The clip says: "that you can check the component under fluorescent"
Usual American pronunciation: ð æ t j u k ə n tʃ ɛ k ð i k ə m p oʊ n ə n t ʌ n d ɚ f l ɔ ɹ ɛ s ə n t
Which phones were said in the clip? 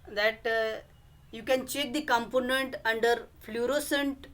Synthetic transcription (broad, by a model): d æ t j u k ə n tʃ ɛ k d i k ə m p oʊ n ə n t ʌ n d ɚ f l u ɹ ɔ s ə n t